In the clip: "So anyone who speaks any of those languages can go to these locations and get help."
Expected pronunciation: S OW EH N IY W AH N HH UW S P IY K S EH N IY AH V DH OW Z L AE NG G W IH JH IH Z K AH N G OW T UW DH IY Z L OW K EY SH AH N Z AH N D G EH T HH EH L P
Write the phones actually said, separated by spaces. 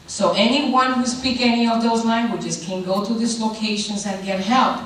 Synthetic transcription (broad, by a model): S OW EH N IY W AH N HH UW S P IY K EH N IY AH V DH OW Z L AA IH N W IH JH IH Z K AH N G OW T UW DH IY S L OW K EY SH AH N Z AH N G EH T HH EH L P